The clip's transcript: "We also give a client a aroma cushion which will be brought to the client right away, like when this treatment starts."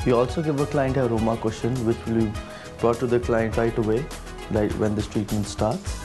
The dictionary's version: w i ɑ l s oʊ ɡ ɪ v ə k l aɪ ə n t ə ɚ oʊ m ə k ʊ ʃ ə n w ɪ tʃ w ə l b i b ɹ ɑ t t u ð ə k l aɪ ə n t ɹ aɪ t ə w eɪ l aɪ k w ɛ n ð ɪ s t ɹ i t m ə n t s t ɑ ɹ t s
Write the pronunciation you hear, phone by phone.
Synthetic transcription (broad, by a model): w i ɑ l s oʊ ɡ ɪ v ə k l aɪ ə n t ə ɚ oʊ m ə k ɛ s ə n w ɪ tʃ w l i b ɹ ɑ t t u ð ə k l aɪ ə n t ɹ aɪ t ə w eɪ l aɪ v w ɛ n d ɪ s t ɹ i t m ə n t s t ɑ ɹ t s